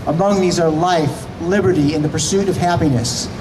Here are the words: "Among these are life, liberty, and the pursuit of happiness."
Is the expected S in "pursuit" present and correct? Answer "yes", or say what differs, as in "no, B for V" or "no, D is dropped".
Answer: yes